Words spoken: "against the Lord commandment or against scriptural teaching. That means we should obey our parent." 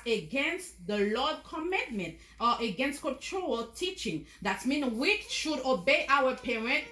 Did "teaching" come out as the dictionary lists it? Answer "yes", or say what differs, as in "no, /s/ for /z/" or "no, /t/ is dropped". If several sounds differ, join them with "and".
yes